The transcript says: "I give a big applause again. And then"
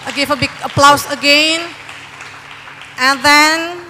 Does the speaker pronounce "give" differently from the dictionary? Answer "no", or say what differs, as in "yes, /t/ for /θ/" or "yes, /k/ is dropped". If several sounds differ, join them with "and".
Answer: yes, /f/ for /v/